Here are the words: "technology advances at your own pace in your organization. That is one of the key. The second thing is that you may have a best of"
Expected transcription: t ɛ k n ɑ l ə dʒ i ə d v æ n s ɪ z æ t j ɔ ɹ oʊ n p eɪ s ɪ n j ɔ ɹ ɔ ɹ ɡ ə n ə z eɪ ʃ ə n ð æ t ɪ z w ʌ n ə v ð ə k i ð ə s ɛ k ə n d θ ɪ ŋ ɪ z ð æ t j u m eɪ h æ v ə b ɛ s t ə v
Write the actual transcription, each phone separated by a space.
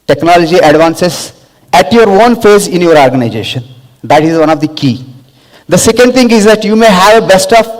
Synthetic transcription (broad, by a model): t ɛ k n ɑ l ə dʒ i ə d v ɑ n s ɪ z æ t j ɔ ɹ oʊ n f eɪ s ɪ n j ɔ ɹ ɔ ɹ ɡ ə n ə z eɪ ʃ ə n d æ t ɪ z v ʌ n ə v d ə k i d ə s ɛ k ə n d t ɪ ŋ ɪ z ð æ t j u m eɪ h æ v ə b ɛ s t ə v